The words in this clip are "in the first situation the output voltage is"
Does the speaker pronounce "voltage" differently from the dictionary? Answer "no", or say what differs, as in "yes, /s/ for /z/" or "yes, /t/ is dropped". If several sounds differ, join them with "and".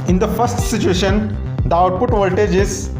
no